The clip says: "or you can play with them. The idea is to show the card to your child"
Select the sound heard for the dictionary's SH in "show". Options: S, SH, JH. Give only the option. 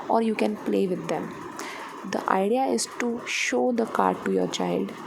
SH